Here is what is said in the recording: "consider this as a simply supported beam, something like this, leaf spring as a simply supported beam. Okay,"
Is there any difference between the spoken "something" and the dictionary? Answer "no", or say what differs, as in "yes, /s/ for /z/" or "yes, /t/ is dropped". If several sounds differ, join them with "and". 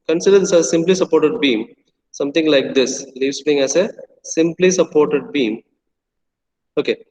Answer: yes, /t/ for /θ/